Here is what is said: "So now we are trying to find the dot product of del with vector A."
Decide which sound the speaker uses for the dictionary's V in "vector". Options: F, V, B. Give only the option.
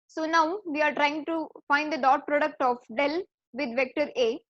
V